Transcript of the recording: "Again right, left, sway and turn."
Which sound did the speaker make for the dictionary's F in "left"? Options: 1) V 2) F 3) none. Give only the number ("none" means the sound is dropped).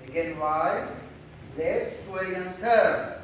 3